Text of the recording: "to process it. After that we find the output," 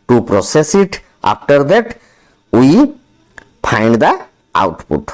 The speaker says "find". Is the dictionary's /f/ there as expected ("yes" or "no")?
no